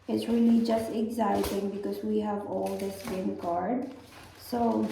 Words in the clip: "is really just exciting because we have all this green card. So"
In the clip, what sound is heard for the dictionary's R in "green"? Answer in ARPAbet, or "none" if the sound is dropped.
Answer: none